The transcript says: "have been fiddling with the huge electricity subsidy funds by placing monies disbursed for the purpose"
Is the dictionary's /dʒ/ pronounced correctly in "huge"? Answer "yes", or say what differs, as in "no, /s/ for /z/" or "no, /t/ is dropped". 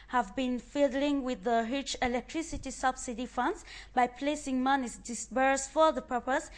no, /tʃ/ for /dʒ/